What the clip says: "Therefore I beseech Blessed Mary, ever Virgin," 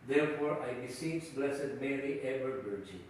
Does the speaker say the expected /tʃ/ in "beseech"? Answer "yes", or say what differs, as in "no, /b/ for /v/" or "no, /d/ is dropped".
no, /s/ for /tʃ/